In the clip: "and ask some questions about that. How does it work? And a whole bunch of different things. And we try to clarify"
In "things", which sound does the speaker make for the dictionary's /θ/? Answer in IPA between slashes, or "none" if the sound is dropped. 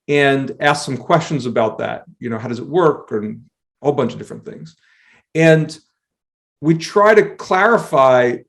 /θ/